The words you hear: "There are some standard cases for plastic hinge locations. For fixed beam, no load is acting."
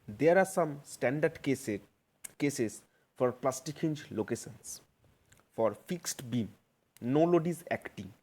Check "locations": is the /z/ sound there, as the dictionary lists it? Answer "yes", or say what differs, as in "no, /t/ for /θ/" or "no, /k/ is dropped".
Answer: no, /s/ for /z/